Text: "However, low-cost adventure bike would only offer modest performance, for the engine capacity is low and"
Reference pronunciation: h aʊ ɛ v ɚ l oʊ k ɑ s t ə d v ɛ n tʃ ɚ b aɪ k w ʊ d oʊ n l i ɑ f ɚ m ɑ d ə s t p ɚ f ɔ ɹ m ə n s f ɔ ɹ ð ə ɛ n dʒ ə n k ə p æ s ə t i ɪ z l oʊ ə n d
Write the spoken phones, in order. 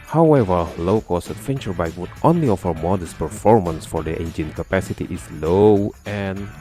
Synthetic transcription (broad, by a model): h aʊ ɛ v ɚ l oʊ k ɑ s ə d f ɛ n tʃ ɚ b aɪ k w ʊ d oʊ n l i ɑ f ɚ m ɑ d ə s p ɚ f ɔ ɹ m ə n s f ɔ ɹ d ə ɛ n dʒ ə n k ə p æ s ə t i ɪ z l oʊ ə n